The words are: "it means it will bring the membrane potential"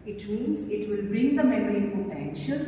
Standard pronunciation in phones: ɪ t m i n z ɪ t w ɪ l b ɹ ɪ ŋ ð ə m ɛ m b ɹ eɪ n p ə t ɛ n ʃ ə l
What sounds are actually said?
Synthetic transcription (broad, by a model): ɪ t m i n z ɪ t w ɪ l b ɹ ɪ ŋ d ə m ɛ m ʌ ɹ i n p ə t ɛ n ʃ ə l